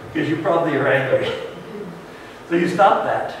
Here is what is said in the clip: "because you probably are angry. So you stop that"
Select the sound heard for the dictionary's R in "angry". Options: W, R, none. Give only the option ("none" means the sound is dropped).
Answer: none